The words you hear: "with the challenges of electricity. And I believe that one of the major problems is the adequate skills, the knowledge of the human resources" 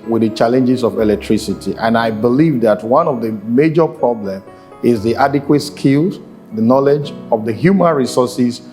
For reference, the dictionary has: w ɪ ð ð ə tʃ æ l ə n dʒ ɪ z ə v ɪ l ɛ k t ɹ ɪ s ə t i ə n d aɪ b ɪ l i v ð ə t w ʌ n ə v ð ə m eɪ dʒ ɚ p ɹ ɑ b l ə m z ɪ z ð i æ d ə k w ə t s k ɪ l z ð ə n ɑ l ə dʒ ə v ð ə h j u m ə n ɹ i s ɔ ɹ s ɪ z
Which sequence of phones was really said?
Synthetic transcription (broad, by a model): w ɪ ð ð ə tʃ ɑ l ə n dʒ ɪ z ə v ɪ l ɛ k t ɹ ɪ s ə t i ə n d aɪ b ɪ l i v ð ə t w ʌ n ə v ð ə m eɪ dʒ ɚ p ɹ ɑ b l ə m ɪ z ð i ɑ d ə k w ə t s k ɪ l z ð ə n ɑ l ə dʒ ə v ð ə h j u m ə n ɹ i s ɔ s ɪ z